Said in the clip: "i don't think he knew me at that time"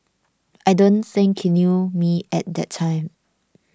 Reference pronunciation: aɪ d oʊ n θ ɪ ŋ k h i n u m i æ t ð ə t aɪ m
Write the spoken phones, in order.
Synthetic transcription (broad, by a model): aɪ d oʊ n s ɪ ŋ k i n u m i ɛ t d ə t aɪ m